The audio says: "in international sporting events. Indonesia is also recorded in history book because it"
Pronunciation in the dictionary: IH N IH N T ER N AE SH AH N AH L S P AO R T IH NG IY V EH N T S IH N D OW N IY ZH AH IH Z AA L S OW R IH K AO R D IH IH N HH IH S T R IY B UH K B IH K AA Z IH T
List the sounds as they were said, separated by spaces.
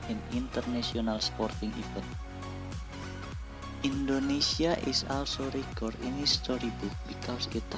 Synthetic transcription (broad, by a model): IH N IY N T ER N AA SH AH N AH L S P AO R T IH NG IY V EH T IY N D OW N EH S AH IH S AA L S OW R IH K AO R D IH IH N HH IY S T R IY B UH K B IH K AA S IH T